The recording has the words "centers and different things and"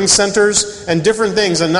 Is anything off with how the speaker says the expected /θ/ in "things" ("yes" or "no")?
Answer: no